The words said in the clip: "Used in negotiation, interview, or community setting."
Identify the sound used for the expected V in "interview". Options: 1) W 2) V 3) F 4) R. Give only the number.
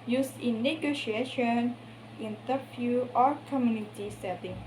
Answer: 3